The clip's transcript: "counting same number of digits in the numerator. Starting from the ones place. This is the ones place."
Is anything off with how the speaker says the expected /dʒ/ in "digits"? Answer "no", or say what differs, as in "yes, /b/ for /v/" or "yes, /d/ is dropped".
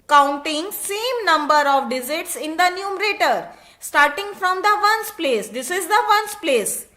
yes, /z/ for /dʒ/